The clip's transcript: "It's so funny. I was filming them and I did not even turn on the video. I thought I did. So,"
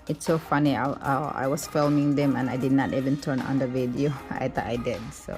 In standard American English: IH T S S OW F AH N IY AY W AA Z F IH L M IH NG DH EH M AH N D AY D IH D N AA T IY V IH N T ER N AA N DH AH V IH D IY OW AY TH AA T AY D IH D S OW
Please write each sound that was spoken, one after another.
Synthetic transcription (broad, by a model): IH T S S OW F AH N IY AY W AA S F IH L M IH NG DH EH M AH N AY D IH D N AA T IY V IH N T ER N AA N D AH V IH D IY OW AY T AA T AY D IH D S OW